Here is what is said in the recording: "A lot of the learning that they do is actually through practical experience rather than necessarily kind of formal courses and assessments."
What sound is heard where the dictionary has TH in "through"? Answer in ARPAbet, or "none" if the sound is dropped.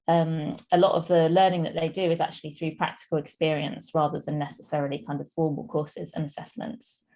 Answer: TH